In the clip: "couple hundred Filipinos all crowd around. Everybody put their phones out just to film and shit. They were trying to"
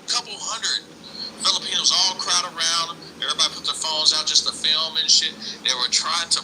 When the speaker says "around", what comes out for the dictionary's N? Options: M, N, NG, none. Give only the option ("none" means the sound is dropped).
N